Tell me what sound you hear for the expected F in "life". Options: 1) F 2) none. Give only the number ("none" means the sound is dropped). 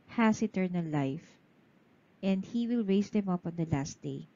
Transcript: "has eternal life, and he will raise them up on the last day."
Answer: 1